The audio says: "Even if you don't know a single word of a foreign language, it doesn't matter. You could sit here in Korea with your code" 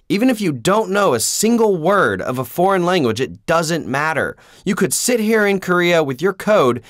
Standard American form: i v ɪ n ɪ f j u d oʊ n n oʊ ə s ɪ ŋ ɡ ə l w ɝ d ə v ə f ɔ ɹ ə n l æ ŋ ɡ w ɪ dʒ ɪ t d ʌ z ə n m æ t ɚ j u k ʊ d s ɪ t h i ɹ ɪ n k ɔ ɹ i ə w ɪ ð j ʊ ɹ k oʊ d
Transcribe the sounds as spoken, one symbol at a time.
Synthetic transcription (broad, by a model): i v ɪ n ɪ f j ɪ d oʊ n n oʊ ə s ɪ ŋ ɡ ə l w ɝ d ə v ə f ɔ ɹ ə n l æ ŋ ɡ w ɪ dʒ ɪ t d ʌ z ə n m æ t ɚ j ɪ k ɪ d s ɪ t h i ɹ ɪ n k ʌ ɹ i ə w ɪ ð j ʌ ɹ k oʊ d